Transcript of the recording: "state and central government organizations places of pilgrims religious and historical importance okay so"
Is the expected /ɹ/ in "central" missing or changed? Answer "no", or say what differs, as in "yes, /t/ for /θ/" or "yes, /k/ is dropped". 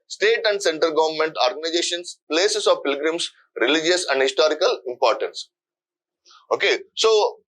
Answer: yes, /ɹ/ is dropped